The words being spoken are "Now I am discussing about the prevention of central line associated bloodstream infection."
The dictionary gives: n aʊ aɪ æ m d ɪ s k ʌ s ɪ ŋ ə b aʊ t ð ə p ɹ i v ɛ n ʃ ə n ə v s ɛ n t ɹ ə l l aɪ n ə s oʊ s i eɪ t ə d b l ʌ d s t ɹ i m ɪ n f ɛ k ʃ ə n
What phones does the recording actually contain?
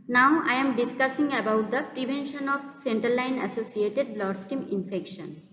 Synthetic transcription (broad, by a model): n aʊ aɪ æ m d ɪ s k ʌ s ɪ ŋ ə b aʊ t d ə p ɹ i v ɛ n ʃ ə n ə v s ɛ n t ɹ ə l l aɪ n ə s oʊ s i eɪ t ə d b l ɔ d s t i m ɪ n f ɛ k ʃ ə n